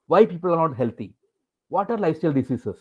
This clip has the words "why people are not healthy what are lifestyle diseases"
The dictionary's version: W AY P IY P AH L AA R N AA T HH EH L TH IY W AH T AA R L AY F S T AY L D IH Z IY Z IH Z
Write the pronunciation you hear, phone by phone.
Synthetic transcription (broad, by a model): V AY P IY P AH L AA R N AA T HH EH L T IY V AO T AA R L AY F S T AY L D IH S IY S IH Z